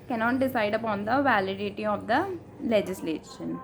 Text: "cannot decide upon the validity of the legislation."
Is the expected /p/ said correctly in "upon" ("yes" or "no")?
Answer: yes